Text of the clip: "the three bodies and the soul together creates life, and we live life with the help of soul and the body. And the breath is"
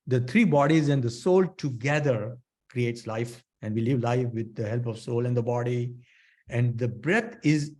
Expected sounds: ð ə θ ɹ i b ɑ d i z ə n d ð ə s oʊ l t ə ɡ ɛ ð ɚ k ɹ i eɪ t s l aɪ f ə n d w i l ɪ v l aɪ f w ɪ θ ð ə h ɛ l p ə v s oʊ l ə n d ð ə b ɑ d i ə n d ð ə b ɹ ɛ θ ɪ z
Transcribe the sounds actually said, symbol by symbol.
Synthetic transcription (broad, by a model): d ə t ɹ i b ɑ d i z ə n d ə s oʊ l t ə ɡ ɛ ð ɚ k ɹ i eɪ t s l aɪ f ə n d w i l ɪ v l aɪ f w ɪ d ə h ɛ l p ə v s oʊ l ə n d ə b ɑ d i ə n d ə b ɹ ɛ t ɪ z